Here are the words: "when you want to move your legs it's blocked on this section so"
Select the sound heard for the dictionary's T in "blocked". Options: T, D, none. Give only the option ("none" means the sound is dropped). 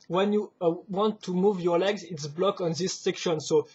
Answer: none